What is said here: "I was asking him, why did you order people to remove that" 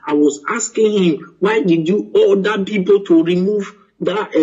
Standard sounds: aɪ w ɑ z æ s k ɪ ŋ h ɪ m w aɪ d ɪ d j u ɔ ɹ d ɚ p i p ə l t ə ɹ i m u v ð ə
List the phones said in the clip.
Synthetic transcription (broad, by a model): aɪ w ɑ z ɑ s k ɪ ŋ h ɪ m w aɪ d ɪ d j u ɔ l d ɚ p i p ə l t ə ɹ i m u v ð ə